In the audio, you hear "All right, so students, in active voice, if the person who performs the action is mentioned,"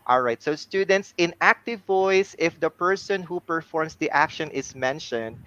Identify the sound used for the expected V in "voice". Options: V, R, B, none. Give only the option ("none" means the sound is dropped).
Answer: V